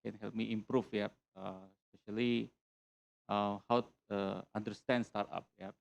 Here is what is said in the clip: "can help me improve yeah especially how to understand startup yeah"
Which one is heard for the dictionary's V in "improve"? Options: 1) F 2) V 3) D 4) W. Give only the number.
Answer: 1